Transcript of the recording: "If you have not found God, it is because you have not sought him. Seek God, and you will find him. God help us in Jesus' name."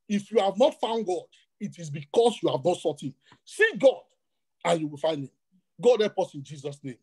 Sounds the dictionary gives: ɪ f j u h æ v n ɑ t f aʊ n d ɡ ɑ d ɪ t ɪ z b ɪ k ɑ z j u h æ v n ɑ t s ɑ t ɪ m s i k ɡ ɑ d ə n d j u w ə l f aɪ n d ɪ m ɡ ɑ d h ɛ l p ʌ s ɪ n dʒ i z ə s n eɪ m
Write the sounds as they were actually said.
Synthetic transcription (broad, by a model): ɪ f j u h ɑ v n ɑ t f aʊ n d ɡ ɑ d ɪ t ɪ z b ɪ k ɑ s j u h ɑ v n ɑ t s ɑ t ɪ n s i ɡ ɑ d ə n j u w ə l f aɪ n d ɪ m ɡ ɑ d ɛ p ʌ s ɪ n dʒ i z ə s n eɪ m